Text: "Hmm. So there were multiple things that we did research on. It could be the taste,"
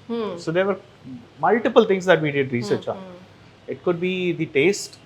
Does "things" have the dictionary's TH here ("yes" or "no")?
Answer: no